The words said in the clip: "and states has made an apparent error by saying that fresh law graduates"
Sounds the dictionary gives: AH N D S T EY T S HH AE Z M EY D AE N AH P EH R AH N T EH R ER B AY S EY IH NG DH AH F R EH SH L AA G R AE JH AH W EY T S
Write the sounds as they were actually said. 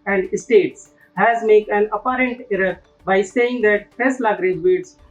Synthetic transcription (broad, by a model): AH N D S T EY T S HH AE Z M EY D AE N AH P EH R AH N T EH R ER B AY S EY IH NG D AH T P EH S L AA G R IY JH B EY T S